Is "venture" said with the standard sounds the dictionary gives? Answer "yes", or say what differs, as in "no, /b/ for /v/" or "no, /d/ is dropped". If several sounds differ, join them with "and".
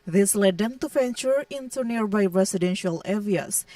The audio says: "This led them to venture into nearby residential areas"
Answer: no, /f/ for /v/